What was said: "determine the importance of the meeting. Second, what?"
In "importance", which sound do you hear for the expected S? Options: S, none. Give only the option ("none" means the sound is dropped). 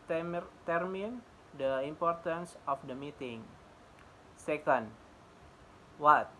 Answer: S